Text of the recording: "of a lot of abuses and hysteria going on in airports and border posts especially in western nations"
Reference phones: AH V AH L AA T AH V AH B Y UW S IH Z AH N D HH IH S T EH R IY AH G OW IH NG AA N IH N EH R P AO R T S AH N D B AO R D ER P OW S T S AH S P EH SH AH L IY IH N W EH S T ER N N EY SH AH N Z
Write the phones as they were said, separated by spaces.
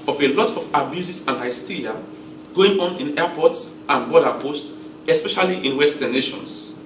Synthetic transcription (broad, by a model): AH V AH L AA T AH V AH B Y UW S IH S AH N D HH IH S T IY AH G OW IH NG AA N IH N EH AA P AO T S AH N B AO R D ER P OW S T AH S P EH SH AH L IY IH N W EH S T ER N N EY SH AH N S